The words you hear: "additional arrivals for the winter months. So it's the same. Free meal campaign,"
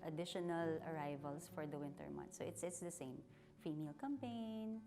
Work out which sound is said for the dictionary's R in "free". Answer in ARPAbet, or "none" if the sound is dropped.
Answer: none